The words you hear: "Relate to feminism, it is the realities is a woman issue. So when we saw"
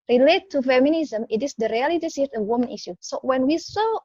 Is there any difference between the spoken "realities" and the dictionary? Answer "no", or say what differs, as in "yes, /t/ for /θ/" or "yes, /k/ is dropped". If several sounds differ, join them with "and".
yes, /s/ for /z/